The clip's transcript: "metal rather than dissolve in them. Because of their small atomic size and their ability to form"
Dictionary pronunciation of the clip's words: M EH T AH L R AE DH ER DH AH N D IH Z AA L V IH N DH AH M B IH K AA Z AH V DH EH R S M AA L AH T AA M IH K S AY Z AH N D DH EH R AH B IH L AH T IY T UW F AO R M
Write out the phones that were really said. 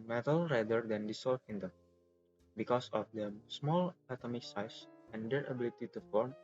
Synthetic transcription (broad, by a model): M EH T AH L R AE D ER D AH N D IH S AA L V IH N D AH B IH K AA S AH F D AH S M AA L AH T AA M IH K S AY S AH N D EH R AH B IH L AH T IY T UW F AO R M